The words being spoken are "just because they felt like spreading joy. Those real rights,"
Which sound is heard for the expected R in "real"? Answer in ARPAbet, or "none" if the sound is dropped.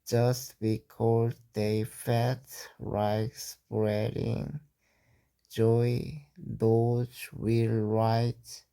W